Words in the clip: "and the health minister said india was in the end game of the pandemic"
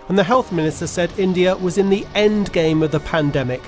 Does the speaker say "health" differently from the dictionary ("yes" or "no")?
no